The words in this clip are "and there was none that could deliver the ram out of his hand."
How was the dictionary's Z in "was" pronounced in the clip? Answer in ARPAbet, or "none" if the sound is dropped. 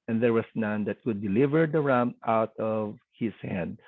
S